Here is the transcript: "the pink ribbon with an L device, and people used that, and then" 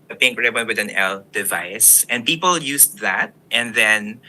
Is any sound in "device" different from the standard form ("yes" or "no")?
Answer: no